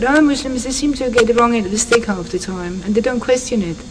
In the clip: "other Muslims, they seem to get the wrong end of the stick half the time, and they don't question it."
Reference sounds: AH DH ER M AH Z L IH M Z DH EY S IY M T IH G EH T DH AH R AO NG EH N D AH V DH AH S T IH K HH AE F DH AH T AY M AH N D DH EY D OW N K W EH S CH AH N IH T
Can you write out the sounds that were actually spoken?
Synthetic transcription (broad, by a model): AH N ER M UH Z L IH M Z DH EY S IY M T IH G EH T DH AH R AO NG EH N AH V DH AH S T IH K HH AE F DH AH T AY M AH N DH EY D OW N K W EH S CH AH N IH T